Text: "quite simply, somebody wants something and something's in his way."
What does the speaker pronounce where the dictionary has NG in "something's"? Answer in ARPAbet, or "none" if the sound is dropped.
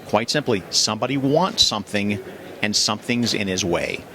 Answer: NG